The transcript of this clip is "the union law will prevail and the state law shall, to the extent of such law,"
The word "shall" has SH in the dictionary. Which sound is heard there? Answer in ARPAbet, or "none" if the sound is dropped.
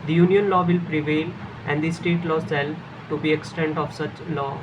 S